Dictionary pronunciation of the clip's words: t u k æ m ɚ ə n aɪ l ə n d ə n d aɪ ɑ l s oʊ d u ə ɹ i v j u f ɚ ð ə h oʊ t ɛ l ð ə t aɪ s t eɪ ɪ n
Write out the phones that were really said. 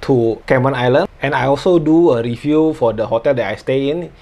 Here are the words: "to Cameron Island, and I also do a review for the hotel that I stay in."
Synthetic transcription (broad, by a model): t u k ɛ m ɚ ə n aɪ l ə n ə n aɪ ɑ l s oʊ d u ə ɹ i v j u f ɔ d ə h oʊ t ɛ l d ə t aɪ s t eɪ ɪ n